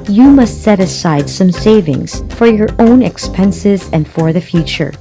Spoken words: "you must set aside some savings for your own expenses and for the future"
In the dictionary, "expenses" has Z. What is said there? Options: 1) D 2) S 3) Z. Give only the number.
3